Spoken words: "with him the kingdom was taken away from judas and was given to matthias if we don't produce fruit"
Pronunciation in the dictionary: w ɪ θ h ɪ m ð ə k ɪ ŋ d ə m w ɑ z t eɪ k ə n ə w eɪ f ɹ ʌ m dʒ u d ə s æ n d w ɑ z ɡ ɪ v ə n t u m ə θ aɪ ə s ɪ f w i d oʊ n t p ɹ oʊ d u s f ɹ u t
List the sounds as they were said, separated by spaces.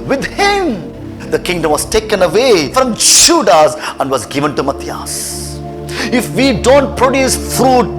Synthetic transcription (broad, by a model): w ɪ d h ɪ m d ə k ɪ ŋ d ə m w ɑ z t eɪ k ə n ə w eɪ f ɹ ʌ m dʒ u d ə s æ n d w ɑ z ɡ ɪ v ə n t u m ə t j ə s ɪ f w i d oʊ n t p ɹ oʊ d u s f ɹ u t